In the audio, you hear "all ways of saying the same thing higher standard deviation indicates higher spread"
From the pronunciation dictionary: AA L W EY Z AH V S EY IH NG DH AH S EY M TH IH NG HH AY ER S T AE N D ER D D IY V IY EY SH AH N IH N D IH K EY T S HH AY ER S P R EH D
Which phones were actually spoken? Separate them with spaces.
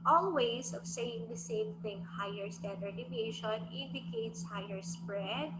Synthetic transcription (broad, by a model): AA L W EY S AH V S EY IH NG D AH S EY M TH IH NG HH AY ER S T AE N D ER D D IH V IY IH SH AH N IH N D IH K EY T S HH AY ER S P R EH D